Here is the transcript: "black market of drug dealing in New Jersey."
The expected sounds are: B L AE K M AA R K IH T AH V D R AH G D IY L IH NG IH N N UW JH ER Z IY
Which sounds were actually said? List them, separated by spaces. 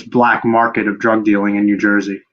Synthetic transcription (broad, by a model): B L AE K M AA R K IH T AH V D R AH G D IY L IH NG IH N N UW JH ER Z IY